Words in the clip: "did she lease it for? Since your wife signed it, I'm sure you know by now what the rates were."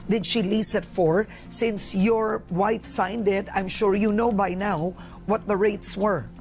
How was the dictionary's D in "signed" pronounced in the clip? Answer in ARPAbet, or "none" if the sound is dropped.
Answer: D